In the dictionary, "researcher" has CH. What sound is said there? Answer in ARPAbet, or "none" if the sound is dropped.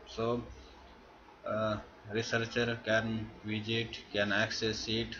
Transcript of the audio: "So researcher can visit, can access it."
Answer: CH